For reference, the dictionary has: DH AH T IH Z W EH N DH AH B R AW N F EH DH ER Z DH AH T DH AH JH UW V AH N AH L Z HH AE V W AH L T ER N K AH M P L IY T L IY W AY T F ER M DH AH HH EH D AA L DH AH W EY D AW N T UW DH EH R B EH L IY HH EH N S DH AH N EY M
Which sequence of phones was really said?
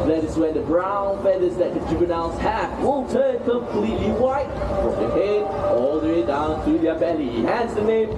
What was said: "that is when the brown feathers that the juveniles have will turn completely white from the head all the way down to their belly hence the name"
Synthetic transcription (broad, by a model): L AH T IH S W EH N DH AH B R AW N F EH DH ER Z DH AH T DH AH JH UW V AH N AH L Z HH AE F W AH L T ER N K AH M P L IY T L IY W AY T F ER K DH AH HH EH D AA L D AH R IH D AW N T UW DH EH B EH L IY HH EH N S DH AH N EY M